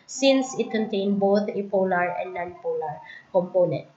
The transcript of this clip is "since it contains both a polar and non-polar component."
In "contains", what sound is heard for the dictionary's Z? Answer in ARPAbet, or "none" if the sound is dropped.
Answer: none